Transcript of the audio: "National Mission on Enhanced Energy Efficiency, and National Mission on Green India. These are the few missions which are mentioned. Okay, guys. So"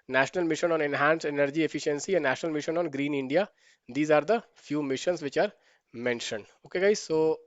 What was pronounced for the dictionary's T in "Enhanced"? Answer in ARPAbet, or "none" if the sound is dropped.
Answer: none